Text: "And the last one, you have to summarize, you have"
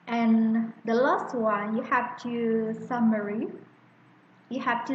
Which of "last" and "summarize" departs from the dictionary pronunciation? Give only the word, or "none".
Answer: summarize